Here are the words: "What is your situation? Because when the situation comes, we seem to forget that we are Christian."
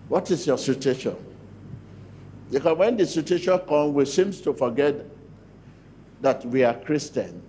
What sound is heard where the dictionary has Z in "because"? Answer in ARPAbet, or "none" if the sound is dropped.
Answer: none